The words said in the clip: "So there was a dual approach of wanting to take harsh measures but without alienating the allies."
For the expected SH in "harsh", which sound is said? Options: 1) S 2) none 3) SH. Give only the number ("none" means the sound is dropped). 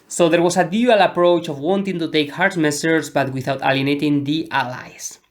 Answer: 1